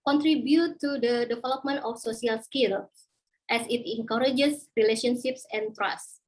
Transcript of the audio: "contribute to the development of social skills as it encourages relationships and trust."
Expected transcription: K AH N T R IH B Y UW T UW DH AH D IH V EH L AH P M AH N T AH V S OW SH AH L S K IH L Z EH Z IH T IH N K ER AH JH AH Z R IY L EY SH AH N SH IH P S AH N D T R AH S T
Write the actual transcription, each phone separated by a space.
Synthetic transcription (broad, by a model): K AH N T R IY B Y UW T UW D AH D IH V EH L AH P M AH N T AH F S OW S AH L S K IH L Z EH S IH T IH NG K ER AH JH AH S R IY L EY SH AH N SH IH P S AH N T R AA S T